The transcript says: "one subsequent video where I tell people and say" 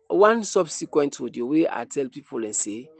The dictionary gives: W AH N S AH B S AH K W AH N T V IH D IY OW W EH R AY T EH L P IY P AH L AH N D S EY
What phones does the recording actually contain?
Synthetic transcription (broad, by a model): W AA N S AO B S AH K W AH N T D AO D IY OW W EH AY T EH L P IY P AH L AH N S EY